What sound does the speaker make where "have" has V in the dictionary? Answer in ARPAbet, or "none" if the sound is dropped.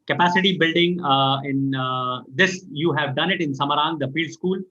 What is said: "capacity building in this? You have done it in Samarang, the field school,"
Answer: V